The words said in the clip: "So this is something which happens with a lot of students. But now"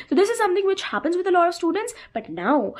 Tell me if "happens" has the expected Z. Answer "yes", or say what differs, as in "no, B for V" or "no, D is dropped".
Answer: yes